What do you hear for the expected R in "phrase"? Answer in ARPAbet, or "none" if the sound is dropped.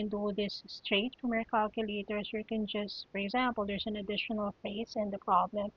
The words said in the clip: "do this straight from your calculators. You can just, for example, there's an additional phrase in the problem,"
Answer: none